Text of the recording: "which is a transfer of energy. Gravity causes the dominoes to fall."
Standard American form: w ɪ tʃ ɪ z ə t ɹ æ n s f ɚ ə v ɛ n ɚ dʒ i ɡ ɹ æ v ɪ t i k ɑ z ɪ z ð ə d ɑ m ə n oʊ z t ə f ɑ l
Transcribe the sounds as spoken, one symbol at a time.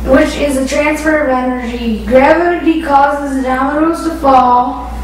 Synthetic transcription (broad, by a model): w ɪ tʃ ɪ z ə t ɹ æ n s f ɚ ə v ɛ n ɚ dʒ i ɡ ɹ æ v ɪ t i k ɑ z ɪ z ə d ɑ ə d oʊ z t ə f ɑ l